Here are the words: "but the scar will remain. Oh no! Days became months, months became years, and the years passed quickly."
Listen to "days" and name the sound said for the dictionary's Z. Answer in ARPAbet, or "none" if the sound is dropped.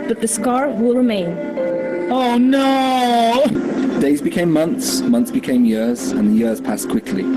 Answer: Z